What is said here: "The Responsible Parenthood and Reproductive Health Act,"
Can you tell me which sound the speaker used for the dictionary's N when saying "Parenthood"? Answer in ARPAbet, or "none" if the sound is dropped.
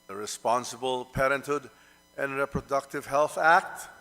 N